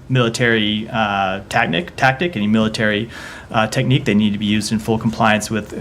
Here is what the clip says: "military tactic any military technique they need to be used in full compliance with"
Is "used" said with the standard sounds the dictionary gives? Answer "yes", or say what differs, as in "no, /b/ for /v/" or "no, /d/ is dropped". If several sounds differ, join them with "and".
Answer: yes